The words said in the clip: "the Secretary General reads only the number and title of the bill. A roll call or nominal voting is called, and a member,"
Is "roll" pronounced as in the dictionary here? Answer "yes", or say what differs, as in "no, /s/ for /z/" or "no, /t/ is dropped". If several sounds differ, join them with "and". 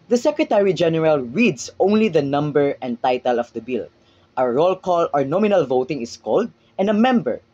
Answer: yes